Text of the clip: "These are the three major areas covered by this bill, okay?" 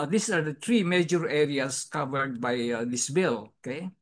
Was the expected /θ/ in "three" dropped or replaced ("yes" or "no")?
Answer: yes